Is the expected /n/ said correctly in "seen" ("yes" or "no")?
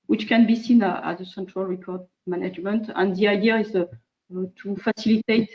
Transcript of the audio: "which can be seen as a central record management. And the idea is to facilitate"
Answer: yes